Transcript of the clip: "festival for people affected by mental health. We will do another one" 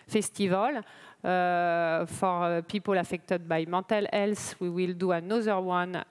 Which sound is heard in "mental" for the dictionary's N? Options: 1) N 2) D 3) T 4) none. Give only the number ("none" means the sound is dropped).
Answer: 4